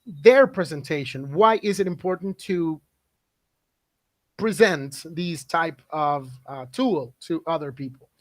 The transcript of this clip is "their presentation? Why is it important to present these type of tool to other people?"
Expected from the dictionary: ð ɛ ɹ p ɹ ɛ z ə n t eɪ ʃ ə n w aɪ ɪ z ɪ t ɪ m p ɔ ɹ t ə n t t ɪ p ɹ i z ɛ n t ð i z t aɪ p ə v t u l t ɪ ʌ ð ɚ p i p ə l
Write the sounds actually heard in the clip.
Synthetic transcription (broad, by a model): ð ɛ ɹ p ɹ ɛ z ə n t eɪ ʃ ə n w aɪ ɪ z ɪ t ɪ m p ɔ ɹ t n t t ɪ p ɹ i z ɛ n t ð i z t aɪ p ə v t u l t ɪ ʌ ð ɚ p i p l